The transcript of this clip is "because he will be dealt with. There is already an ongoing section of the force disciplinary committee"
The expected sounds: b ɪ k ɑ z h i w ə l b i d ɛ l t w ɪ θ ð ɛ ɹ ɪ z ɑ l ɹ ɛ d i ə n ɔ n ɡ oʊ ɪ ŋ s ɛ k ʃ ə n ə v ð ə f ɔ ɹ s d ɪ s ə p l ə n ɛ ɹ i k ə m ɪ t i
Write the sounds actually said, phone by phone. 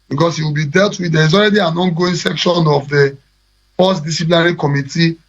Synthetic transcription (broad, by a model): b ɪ k ɑ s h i w ə l b i d ɛ l t w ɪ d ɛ ɹ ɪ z ɑ l ɹ ɛ d i ə n ɔ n ɡ oʊ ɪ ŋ s ɛ k ʃ ə n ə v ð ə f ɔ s d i s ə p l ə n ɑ ɹ i k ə m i t i